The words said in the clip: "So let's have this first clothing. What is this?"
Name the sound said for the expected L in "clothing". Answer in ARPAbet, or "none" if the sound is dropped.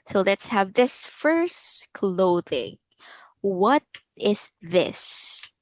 L